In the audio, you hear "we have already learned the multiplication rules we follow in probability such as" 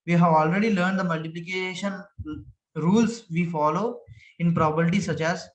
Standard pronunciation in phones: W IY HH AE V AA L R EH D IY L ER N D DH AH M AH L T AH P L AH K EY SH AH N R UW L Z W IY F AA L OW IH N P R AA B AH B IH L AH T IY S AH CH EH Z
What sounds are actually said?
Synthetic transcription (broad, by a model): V IY HH AE V AA L R EH D IY L ER N D AH M AH L T AH P L AH K EY SH AH N R UW L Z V IY F AA L OW IH N P R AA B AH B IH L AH T IY S AH CH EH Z